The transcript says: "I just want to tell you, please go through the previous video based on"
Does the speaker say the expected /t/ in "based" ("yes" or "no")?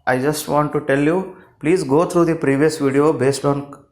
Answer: yes